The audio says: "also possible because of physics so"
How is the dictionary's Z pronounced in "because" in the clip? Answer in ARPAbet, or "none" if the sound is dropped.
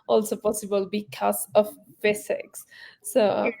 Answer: S